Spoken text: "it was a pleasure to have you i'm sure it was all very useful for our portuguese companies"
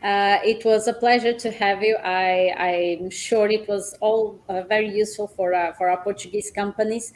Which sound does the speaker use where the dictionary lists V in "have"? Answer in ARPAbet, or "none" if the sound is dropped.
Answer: V